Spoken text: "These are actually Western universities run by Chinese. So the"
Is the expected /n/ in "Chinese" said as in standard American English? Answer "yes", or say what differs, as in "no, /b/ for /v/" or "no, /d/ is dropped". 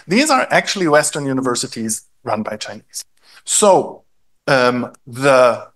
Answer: yes